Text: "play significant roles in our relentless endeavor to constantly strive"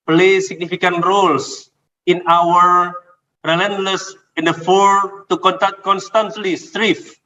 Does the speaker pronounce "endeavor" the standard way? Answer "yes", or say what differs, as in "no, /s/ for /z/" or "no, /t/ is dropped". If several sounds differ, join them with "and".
no, /f/ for /v/